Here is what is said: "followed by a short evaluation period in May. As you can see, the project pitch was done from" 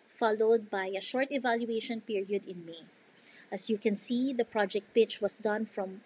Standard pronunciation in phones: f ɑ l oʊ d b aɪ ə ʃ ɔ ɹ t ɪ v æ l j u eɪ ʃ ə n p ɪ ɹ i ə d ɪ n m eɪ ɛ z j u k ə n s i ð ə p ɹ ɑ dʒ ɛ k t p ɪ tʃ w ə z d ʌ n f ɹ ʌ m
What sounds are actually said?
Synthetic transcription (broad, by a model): f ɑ l oʊ d b aɪ ə ʃ ɔ ɹ t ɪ v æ l j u eɪ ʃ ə n p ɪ ɹ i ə d ɪ n m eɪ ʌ s j u k ə n s i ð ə p ɹ ɑ dʒ ɛ k t p ɪ tʃ w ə s d ʌ n f ɹ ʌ m